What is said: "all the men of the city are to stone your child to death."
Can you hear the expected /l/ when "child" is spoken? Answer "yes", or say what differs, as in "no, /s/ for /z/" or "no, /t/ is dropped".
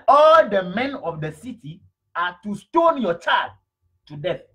no, /l/ is dropped